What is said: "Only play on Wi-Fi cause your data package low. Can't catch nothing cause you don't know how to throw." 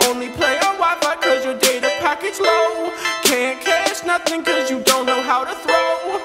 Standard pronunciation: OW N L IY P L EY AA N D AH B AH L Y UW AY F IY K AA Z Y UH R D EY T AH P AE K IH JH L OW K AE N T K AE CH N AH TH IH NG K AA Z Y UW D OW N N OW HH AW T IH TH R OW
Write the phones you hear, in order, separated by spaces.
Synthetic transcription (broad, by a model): OW N L IY P L EY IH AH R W AY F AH K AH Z Y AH R D EY T AH P AE K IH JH L OW K AE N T K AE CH N AH TH IH NG K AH Z Y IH D OW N N OW HH AW T IH TH R OW